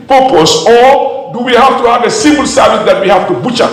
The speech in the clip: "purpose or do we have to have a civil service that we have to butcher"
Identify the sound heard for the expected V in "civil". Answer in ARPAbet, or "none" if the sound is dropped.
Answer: B